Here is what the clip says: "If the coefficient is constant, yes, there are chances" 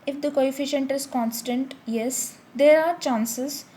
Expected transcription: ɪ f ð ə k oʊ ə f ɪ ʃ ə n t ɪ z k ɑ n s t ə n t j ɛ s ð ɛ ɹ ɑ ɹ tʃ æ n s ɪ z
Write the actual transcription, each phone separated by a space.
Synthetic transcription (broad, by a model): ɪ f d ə k oʊ ə f ɪ ʃ ə n t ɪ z k ɑ n s t ə n t j ɛ s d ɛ ɹ ɑ ɹ tʃ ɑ n s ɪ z